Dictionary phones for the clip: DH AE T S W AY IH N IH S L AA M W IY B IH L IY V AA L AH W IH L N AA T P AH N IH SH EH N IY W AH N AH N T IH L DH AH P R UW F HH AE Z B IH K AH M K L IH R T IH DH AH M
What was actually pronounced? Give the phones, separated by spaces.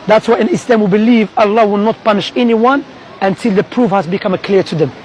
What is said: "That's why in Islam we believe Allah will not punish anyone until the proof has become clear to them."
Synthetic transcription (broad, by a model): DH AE T S W AY IH N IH S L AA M W IY B IH L IY V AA L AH W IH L N AA T P AH N IH SH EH N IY W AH N AH N T IH L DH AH P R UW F HH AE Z B IH K AH M K L IH R T IH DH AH M